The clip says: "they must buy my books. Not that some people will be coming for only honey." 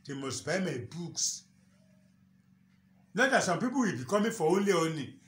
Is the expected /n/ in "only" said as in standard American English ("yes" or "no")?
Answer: yes